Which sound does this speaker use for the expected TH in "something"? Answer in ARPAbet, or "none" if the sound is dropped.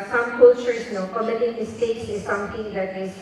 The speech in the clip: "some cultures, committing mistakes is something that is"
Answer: T